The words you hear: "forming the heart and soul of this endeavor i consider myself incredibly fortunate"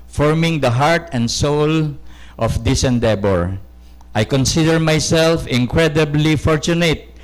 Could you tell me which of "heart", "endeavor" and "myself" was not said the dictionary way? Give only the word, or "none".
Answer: endeavor